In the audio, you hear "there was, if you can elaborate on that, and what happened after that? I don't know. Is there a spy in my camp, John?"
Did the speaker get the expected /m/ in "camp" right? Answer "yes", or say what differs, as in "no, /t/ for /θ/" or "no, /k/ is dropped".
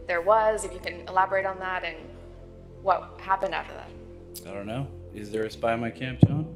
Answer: yes